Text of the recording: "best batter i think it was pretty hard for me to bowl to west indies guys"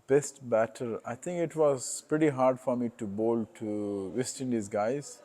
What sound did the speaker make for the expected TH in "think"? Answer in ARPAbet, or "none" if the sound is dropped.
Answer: T